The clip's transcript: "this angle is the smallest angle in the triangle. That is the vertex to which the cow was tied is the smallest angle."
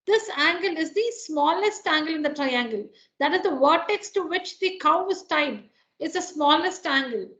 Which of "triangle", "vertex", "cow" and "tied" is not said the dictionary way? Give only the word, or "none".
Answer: none